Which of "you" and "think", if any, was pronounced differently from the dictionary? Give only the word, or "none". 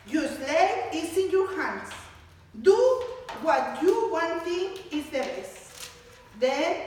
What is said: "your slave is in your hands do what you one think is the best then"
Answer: think